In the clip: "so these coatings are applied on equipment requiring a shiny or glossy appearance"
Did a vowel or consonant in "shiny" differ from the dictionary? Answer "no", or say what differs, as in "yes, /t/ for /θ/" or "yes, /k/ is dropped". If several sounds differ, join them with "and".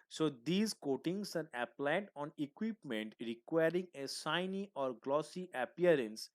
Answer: yes, /s/ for /ʃ/